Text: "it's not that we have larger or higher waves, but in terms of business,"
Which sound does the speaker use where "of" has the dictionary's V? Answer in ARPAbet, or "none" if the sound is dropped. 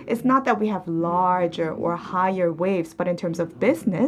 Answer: V